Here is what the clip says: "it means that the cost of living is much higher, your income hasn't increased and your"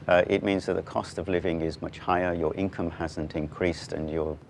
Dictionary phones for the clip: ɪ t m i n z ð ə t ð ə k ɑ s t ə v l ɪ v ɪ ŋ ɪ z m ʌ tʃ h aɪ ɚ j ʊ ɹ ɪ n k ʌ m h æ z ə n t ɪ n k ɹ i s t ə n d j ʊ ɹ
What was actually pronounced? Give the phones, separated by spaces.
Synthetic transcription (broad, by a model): ɪ t m i n z ð ə t ð ə k ɑ s t ə v l ɪ v ɪ ŋ ɪ z m ʌ tʃ h aɪ ɚ j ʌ ɹ ɪ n k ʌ m h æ z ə n t ɪ n k ɹ i s t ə n j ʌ ɹ